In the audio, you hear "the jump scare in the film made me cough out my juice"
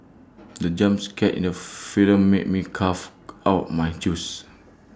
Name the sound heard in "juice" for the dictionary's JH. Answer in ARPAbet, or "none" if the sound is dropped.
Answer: CH